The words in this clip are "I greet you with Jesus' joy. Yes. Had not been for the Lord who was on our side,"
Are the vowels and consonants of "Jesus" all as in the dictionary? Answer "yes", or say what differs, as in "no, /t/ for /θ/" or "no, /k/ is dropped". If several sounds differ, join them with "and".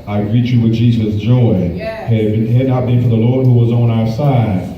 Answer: yes